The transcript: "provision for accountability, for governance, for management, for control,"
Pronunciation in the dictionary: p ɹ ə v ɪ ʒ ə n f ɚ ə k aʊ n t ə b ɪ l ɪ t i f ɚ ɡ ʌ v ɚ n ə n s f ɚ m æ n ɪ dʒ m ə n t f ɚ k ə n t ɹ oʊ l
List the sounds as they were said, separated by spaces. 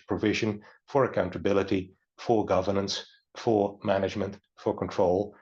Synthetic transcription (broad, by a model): p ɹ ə v ɪ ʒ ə n f ɚ ə k aʊ n t ə b ɪ l ɪ t i f ɚ ɡ ʌ v ɚ n ə n s f ɚ m æ n ɪ dʒ m ə n t f ɚ k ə n t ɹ oʊ l